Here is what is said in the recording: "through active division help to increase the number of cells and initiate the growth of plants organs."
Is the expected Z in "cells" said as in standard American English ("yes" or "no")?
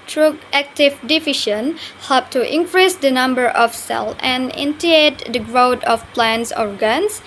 no